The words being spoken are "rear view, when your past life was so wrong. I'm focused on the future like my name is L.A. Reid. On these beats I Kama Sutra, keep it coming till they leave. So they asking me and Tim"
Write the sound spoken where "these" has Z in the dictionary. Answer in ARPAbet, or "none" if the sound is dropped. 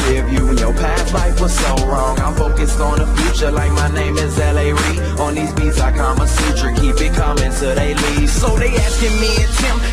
Z